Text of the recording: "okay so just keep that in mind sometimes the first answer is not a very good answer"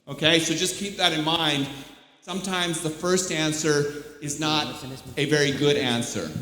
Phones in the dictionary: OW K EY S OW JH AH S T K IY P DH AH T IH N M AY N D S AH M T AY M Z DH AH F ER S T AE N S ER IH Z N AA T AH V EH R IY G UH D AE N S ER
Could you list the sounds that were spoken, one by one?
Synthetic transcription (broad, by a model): OW K EY S OW JH AH S K IY P DH AH T IH N M AY N D S AH M T AY M Z DH AH F ER S T AE N S ER IH Z N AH T AH V EH R IY G UH D AE N S ER